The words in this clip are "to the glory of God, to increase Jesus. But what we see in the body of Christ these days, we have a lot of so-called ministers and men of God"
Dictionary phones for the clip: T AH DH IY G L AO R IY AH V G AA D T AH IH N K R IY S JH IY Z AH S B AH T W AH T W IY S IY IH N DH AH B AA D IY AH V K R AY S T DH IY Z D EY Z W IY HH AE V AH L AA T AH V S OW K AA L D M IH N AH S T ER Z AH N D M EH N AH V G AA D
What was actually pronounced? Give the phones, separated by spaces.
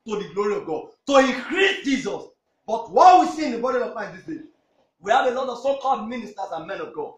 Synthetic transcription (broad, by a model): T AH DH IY G L AO R IY AH V G AA D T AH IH K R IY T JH IY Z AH S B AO T W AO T W IY S IY IH N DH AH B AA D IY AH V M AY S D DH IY S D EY W IY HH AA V AH L AA T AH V S OW K AA L D M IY N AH S T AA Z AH N M EH N AH V G AA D